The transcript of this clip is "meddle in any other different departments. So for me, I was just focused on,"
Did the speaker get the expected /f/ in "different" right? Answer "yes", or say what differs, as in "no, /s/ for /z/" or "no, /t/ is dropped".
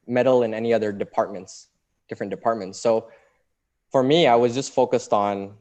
no, /p/ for /f/